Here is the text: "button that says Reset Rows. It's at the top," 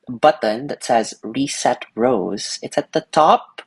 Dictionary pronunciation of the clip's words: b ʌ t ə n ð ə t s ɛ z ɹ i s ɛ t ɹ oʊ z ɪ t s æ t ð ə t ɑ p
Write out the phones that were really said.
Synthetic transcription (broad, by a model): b ʌ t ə n ð ə t s ɛ z ɹ i s ɛ t ɹ oʊ z ɪ t s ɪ t ð ə t ɑ p